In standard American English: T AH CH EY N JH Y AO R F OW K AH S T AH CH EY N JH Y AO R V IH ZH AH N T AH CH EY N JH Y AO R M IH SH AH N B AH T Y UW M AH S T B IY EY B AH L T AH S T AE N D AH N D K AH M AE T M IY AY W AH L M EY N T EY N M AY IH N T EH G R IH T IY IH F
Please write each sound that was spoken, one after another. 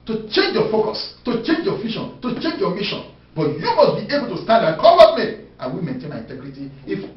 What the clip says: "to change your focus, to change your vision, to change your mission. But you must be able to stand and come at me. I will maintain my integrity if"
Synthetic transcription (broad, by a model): T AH CH EY N JH Y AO F OW K AH S T AH CH EY N JH Y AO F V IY SH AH N T AH CH EY N JH Y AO M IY SH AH N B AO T Y UW M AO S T B IY EY B AH L T AH S T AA N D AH K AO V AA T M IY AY W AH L M EY N T EY N M AY IH N T EH G R IH T IY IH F